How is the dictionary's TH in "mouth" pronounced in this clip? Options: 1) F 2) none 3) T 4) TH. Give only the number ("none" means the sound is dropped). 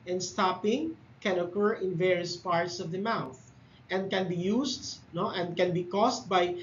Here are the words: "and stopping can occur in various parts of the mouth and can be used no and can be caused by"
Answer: 4